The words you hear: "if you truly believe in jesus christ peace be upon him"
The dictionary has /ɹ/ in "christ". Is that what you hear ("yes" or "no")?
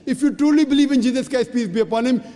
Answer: no